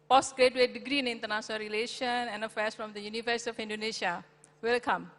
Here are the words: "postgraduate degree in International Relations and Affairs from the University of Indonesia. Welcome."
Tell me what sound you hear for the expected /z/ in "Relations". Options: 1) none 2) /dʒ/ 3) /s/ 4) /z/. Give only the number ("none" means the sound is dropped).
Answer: 1